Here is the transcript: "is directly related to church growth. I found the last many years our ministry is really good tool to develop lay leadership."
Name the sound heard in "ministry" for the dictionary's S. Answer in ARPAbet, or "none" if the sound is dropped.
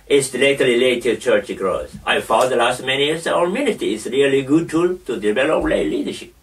none